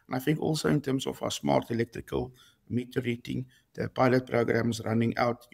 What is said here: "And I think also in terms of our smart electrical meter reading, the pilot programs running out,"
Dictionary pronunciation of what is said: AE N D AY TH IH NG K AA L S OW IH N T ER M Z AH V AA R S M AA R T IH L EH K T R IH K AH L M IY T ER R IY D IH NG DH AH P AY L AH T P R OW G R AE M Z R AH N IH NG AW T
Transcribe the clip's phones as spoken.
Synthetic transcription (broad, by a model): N AY F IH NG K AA L S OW IH N T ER M S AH F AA S M AA R T IH L EH K T R IH K AH L M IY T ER R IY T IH NG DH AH P AY L AH T P R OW G R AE M S R AH N IH NG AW T